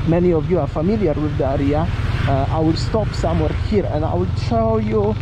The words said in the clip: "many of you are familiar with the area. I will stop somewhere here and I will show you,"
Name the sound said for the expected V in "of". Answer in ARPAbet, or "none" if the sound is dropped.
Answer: V